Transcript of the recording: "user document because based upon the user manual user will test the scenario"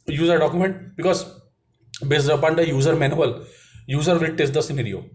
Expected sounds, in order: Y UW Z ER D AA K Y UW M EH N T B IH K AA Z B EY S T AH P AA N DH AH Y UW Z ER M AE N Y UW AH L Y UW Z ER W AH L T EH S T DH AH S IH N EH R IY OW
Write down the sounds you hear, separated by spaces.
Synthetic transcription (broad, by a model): Y UW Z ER D AA K Y UW M EH N T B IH K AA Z B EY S AH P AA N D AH Y UW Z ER M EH N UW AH L Y UW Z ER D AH T EH S T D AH S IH N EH R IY OW